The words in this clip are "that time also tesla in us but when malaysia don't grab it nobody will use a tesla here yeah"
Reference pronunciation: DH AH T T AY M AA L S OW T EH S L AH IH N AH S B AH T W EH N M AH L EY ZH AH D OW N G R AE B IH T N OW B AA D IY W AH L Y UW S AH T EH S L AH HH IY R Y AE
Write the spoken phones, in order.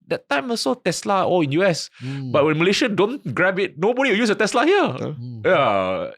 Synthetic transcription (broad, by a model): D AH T T AY M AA S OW T EH S L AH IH N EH S B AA T W EH N M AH L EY SH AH D OW N G R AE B IH T N OW B AA D IY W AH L Y UW S AH T EH S L AH HH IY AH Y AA